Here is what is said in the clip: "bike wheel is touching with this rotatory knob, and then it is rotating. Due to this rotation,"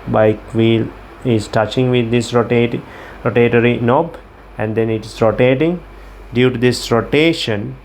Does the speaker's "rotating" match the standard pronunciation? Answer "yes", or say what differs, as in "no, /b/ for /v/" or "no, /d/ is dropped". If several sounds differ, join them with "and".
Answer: yes